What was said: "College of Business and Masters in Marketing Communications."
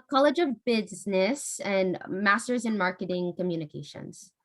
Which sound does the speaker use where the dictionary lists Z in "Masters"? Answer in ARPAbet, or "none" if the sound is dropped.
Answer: Z